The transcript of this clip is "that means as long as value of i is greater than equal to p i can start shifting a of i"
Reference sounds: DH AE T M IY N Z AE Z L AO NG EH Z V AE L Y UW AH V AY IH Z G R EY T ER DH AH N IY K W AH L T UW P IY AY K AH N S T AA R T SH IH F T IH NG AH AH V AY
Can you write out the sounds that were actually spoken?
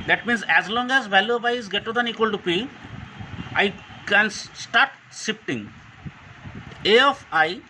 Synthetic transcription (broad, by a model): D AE T M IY N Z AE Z L AO NG EH Z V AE L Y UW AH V AY IH Z G EY T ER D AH N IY K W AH L T UW P IY AY K AH N S T AA R T S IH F T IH NG AH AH F AY